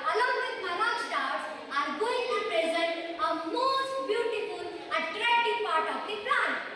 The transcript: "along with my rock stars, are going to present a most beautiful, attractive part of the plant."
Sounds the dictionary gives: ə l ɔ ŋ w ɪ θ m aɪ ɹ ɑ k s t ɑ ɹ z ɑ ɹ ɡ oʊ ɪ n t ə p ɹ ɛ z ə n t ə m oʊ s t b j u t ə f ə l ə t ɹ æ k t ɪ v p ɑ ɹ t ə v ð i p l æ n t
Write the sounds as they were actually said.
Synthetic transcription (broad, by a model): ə l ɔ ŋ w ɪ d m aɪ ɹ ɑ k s t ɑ ɹ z ɑ ɹ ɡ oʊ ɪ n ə p ɹ ɛ z ə n t ə m oʊ s t b j u t ə f ə l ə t ɹ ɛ t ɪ p ɑ ɹ t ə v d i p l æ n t